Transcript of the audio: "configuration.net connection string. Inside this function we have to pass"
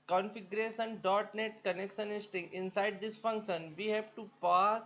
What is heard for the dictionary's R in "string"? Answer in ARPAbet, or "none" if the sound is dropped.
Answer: none